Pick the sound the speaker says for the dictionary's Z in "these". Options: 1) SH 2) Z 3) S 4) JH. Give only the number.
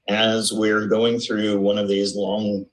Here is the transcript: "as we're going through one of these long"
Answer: 2